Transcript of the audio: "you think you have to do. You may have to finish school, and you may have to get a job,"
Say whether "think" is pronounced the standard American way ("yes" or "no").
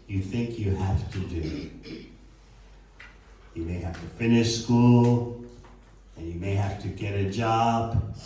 yes